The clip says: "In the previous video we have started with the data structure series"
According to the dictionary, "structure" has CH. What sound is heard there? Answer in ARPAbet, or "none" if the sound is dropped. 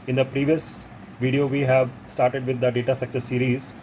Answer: S